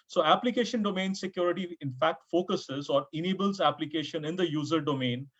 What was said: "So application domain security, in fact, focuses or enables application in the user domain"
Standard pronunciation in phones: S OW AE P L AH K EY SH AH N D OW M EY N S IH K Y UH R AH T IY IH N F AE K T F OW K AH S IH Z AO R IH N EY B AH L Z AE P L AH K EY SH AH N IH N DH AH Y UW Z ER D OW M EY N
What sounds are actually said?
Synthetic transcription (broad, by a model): S OW AE P L AH K EY SH AH N D OW M EY N S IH K Y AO R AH T IY IH N F AE K T F OW K AH S IH Z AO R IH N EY B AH L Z AE P L AH K EY SH AH N IH N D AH Y UW Z ER D OW M EY N